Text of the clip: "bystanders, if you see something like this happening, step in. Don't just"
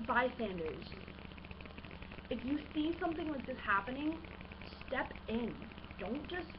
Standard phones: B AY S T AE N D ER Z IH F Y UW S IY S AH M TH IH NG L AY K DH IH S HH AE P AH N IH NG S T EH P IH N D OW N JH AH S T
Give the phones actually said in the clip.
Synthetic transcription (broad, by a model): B AY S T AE N D ER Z IH F Y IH S IY S AH M TH IH NG W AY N DH IH S HH AE P AH N IH NG S T EH P IH N D OW N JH AH S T